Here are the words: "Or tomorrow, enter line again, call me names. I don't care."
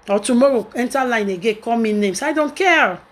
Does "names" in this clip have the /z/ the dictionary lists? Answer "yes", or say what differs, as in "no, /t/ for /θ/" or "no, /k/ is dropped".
no, /s/ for /z/